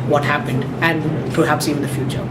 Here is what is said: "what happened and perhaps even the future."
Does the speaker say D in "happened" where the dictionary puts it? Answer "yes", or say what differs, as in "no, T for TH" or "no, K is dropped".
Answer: yes